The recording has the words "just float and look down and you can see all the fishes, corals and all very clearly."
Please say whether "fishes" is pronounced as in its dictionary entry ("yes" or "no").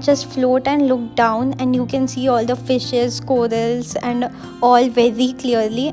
yes